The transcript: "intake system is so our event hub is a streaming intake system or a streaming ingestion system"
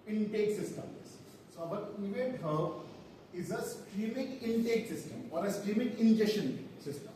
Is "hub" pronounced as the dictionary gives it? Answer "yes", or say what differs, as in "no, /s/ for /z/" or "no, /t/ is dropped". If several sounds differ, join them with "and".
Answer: no, /b/ is dropped